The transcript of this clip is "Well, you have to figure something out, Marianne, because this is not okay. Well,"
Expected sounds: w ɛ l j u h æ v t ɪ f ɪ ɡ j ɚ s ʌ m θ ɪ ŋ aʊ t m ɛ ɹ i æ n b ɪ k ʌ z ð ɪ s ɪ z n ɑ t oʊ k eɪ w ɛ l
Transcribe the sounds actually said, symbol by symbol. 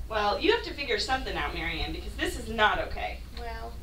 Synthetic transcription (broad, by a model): w ɛ l j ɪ h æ f t ɪ f ɪ ɡ j ɚ s ʌ m θ ɪ ŋ aʊ t m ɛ ɹ i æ n b ɪ k ʌ z ð ɪ s ɪ z n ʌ t oʊ k eɪ w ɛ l